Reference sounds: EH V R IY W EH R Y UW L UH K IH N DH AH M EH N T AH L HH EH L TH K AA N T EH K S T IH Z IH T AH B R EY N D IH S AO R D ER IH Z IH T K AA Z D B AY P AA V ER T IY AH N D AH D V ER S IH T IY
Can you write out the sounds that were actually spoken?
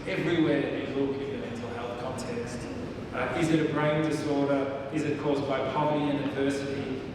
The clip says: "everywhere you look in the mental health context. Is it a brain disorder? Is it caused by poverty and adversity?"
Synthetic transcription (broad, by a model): EH V R IY W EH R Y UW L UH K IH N DH AH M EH N T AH L HH EH L TH K AA N T EH K S T IH Z IH T AH B R EY N D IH S AO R D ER IH Z IH T K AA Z B AY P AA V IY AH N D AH V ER S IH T IY